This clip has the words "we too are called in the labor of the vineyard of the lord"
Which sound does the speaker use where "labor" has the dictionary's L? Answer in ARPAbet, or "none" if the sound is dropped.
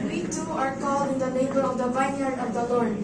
N